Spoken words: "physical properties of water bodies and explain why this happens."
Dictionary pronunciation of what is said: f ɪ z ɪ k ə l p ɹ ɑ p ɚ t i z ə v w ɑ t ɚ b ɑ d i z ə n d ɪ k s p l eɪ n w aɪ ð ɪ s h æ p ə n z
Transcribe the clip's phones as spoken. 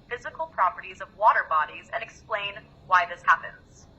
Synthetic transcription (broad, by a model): f ɪ z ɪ k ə l p ɹ ɑ p ɚ t i z ə v w ɑ t ɚ b ɑ d i z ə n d ɪ k s p l eɪ n w aɪ ð ɪ s h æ p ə n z